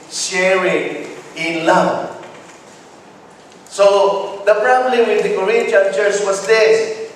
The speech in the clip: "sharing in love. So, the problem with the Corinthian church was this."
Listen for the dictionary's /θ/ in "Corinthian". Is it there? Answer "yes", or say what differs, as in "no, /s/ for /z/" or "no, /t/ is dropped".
no, /t/ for /θ/